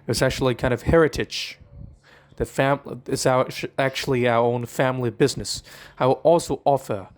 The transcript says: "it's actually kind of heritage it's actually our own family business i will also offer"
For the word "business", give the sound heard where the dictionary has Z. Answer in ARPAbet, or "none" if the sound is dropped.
Z